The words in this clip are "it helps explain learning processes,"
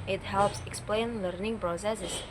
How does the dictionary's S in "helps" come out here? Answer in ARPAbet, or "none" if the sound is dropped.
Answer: S